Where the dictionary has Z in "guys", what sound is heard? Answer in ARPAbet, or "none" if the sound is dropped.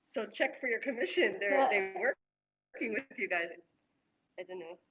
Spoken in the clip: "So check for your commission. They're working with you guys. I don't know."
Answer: Z